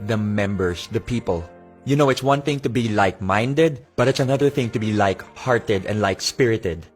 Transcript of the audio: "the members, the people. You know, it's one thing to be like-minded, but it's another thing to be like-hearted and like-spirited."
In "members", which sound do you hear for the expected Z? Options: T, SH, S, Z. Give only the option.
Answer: S